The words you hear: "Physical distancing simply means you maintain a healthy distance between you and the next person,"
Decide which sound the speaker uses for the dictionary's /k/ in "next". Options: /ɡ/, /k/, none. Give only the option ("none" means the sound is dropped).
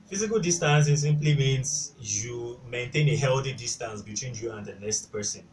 none